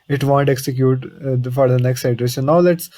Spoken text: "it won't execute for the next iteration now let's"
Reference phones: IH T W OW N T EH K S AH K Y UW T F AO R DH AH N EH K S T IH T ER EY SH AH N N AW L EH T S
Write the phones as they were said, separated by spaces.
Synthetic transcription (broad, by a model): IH T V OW N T EH K S AH K Y UW T F AO R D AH N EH K S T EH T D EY S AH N N AW L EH T S